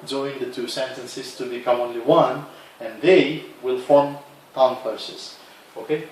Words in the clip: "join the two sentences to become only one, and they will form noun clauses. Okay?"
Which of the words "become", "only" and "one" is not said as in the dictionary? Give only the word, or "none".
none